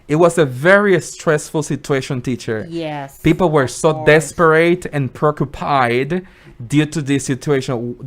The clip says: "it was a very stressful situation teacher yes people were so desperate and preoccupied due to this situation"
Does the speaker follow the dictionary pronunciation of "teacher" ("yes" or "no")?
yes